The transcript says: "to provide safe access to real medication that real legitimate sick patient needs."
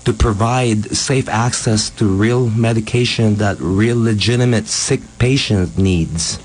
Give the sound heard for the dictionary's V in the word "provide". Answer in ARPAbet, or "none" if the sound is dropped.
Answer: V